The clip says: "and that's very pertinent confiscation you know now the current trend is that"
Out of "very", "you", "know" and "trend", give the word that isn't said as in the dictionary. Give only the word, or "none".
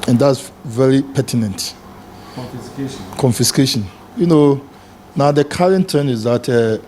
trend